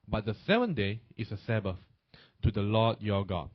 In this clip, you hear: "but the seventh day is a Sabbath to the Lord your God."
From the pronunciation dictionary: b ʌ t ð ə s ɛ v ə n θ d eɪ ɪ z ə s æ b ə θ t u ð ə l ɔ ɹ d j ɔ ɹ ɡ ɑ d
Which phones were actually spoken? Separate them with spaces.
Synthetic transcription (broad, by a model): b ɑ t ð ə s ɛ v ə n d eɪ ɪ s ə s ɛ b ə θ t u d ə l ɔ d j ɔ ɡ ɑ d